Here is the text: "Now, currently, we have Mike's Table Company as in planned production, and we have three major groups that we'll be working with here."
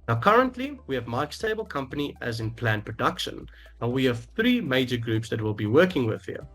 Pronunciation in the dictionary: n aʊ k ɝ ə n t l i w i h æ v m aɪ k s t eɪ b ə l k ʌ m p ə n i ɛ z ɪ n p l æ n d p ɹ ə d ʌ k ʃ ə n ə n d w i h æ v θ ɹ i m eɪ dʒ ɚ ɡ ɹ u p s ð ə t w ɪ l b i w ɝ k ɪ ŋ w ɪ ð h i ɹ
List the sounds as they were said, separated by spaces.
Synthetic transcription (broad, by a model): n aʊ k ɝ ə n t l i w i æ v m aɪ k s t eɪ b ə l k ʌ m p ə n i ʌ z ɪ n p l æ n p ɹ ə d ʌ k ʃ ə n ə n w i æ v θ ɹ i m eɪ dʒ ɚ ɡ ɹ u p s ð ə t w ɪ l b i w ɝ k ɪ ŋ w ɪ ð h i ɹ